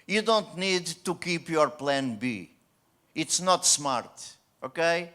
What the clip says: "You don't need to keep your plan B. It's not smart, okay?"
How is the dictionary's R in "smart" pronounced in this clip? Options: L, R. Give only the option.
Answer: R